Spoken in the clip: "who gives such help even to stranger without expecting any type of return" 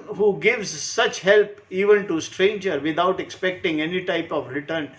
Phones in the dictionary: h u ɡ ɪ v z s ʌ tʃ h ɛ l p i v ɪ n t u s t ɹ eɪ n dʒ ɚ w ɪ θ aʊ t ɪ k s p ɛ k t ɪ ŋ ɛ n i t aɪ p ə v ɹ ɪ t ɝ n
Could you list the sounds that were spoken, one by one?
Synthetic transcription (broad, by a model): h u ɡ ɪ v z s ʌ tʃ h ɛ l p i v ɪ n t u s t ɹ eɪ n dʒ ɚ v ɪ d aʊ t ɪ k s p ɛ k t ɪ ŋ ɛ n i t aɪ p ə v ɹ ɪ t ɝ n